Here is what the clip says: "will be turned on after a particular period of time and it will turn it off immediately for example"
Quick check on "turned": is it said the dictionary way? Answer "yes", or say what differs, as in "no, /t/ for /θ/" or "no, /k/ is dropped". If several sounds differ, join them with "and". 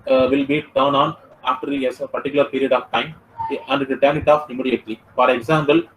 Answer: no, /d/ is dropped